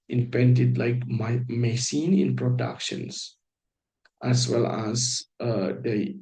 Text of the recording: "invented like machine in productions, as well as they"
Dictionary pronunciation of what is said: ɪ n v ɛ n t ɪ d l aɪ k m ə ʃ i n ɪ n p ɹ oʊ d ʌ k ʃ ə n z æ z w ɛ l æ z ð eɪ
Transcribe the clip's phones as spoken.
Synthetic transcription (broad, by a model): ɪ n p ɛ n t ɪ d l aɪ k m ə s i n ɪ n p ɹ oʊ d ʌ k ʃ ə n s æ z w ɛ l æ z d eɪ